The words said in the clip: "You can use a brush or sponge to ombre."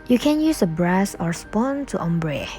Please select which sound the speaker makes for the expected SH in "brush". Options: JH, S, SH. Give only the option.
S